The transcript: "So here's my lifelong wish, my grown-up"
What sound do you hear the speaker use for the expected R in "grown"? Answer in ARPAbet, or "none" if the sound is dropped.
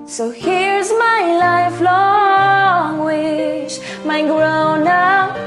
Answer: R